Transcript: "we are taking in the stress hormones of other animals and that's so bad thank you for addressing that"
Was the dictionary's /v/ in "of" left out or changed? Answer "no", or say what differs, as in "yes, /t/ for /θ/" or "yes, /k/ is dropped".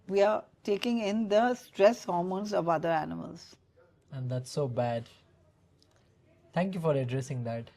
no